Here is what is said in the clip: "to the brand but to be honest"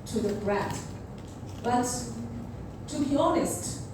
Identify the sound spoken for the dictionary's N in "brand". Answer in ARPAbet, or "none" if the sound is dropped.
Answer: none